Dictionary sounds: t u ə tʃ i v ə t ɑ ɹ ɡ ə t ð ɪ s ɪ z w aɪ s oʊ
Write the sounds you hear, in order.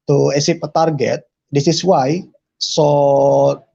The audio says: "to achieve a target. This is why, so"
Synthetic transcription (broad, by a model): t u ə s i p ə t ɑ ɹ ɡ ə t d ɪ s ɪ s w aɪ s oʊ